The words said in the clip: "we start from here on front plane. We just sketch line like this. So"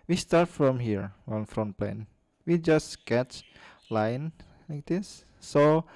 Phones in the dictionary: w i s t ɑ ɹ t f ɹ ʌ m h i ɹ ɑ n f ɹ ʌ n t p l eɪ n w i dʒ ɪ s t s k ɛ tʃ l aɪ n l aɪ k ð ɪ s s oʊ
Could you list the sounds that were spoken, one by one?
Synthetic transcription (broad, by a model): w i s t ɑ ɹ t f ɹ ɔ m h i ɹ ɑ n f ɹ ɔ n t p l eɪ n w i dʒ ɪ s s k ɛ tʃ l aɪ n l aɪ k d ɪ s s oʊ